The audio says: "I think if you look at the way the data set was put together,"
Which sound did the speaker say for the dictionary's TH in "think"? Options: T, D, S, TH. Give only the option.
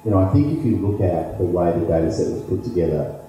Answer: TH